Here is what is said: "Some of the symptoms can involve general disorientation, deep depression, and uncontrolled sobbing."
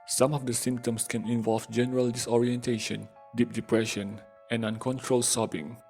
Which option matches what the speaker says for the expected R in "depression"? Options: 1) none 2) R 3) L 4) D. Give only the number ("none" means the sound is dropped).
2